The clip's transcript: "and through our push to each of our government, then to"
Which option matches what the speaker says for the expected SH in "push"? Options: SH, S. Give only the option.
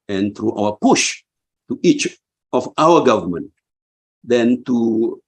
SH